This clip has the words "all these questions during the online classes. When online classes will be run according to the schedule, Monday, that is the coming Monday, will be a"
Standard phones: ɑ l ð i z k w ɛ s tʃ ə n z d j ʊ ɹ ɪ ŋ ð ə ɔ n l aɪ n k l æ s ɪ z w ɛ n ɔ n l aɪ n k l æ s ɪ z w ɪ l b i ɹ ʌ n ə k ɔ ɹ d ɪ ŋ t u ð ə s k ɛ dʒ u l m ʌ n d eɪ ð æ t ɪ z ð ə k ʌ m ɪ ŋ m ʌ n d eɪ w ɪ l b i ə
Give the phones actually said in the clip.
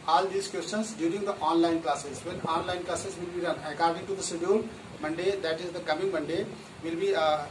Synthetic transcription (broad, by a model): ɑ l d i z k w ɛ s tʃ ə n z d j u ɹ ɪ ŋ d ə ɔ n l aɪ n k l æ s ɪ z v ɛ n ɔ n l aɪ n k l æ s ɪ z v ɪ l b i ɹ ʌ n ə k ɔ ɹ d ɪ ŋ t u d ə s ɪ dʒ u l m ʌ n d eɪ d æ t ɪ z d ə k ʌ m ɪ ŋ m ʌ n d eɪ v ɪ l b i